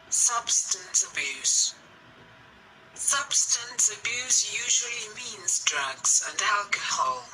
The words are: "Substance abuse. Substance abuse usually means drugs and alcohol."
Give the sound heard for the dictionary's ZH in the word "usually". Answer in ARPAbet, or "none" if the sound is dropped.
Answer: ZH